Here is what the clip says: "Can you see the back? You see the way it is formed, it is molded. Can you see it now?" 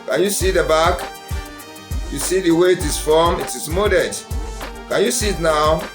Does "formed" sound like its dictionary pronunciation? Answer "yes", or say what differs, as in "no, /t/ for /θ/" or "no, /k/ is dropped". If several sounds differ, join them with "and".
no, /d/ is dropped